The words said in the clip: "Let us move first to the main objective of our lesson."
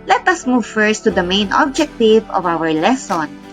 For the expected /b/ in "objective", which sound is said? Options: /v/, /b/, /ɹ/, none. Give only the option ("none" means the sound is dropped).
/b/